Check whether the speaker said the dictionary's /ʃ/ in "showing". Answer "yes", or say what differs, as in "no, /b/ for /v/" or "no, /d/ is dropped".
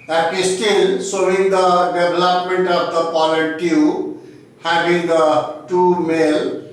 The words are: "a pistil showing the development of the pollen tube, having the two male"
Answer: no, /s/ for /ʃ/